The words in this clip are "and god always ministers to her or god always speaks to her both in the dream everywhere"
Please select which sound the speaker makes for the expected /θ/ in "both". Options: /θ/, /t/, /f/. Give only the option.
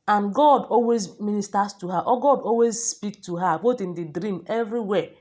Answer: /t/